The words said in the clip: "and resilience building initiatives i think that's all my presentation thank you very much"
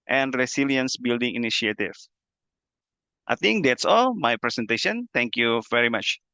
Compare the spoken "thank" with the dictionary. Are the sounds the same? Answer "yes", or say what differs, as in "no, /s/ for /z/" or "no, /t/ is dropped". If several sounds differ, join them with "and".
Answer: no, /t/ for /θ/